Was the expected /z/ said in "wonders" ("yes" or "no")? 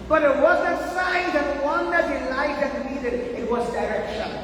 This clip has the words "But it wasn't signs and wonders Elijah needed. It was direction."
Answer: no